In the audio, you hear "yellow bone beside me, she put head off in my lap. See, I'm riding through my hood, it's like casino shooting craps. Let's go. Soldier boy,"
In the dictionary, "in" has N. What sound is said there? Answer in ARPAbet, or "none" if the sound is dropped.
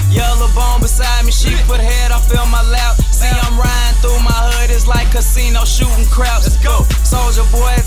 L